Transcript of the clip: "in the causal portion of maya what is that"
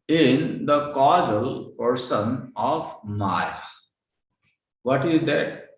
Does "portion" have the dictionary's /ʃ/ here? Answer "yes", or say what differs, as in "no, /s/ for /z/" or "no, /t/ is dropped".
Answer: no, /s/ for /ʃ/